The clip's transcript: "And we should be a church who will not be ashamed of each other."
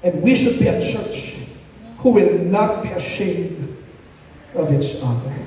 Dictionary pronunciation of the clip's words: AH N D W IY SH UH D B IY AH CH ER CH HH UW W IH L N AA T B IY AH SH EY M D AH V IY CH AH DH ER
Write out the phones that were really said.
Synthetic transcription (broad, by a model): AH N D W IY SH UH D B IY AH CH ER CH HH UW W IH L N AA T B IY AH SH EY M D AH V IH S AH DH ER